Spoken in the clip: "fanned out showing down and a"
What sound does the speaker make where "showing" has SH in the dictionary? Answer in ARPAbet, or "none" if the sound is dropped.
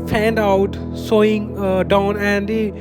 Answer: S